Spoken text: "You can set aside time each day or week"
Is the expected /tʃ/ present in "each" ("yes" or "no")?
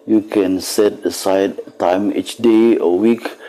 yes